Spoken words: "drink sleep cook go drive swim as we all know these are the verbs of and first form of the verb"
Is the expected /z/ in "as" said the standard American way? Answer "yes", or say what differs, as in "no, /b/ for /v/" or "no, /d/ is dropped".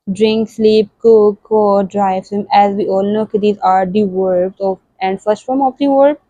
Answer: yes